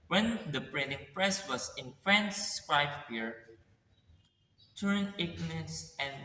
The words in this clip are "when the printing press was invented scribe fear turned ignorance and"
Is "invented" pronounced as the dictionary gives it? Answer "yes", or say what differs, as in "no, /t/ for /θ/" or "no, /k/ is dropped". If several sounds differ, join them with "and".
no, /f/ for /v/